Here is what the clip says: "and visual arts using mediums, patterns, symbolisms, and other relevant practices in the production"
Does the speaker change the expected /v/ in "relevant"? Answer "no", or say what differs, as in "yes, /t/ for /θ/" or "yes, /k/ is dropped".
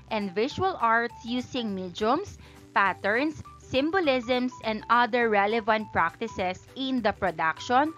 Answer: no